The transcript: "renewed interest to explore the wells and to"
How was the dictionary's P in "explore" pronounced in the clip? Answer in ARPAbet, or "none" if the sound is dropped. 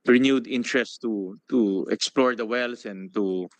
P